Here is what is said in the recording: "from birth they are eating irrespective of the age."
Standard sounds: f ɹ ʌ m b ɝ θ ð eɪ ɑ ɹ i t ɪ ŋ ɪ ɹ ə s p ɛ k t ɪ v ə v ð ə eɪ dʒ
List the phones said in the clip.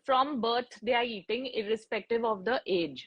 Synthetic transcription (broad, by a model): f ɹ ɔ m b ɝ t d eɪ ɑ ɹ i t ɪ ŋ ɪ ɹ ə s p ɛ k t ɪ v ə v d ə eɪ dʒ